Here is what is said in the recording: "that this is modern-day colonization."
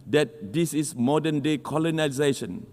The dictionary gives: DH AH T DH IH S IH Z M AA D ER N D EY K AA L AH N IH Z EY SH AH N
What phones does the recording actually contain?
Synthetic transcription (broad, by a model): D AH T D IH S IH S M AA D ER N D EY K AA L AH N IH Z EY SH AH N